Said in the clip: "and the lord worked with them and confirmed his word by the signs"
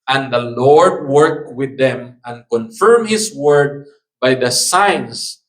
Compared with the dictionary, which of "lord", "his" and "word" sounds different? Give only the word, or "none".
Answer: his